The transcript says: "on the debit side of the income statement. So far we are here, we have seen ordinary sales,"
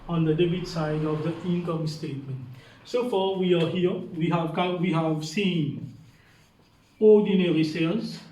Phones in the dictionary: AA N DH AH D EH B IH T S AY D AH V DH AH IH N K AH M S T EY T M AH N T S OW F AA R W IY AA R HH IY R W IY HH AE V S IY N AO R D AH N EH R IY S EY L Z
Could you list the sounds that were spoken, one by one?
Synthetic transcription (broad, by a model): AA N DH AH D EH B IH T S AY D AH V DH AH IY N K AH M S T EY T M AH N T S OW F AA W IY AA W HH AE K W IY HH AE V S IY N AO D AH N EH R IY S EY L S